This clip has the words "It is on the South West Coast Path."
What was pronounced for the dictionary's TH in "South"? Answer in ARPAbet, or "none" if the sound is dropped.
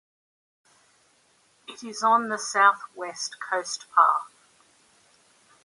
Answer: TH